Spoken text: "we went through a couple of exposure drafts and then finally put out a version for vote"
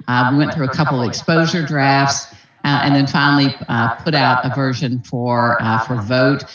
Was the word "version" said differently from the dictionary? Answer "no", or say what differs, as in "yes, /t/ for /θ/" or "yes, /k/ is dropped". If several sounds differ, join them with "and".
no